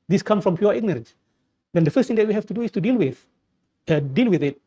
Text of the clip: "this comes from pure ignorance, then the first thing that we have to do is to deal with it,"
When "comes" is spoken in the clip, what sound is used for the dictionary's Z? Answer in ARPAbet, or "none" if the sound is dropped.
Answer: none